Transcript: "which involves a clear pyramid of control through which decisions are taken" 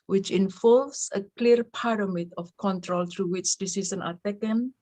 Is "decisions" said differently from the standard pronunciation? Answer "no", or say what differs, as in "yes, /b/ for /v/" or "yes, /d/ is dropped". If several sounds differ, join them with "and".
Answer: yes, /s/ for /ʒ/ and /z/ is dropped